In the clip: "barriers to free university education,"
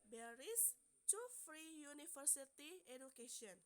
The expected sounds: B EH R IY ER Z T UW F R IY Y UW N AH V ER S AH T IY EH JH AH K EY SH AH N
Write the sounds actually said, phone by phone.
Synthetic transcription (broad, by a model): B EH R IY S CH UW F R IY Y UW N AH F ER S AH T IY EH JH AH K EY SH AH N